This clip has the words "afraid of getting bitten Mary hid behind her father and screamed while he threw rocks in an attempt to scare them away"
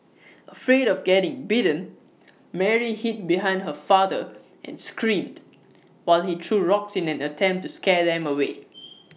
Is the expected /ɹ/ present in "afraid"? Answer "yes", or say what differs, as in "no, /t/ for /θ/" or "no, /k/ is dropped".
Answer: yes